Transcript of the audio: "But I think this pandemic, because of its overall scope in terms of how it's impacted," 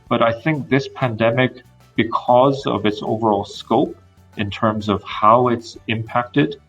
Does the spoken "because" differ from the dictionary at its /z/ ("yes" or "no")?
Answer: no